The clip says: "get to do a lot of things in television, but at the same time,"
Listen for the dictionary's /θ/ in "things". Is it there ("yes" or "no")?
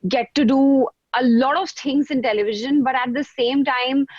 no